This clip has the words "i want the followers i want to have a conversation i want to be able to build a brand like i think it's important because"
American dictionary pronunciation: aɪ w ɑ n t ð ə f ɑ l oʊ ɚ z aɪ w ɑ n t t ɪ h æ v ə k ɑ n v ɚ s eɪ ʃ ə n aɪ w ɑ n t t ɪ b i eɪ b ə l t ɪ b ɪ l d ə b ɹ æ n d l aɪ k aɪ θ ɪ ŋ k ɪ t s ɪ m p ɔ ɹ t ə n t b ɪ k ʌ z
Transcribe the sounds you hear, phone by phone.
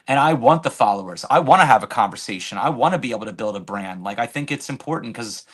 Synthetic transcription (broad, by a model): aɪ w ɑ n ð ə f ɑ l oʊ ɚ z aɪ w ɑ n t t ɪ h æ v ə k ɑ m v ɚ s eɪ ʃ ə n aɪ w ɑ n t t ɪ b i eɪ b l t ɪ b ɪ l d ə b ɹ æ n d l aɪ k aɪ θ ɪ ŋ k ɪ t s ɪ m p ɔ ɹ t n k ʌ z